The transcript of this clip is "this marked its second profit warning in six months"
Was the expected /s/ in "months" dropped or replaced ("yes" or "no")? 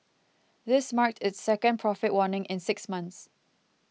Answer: no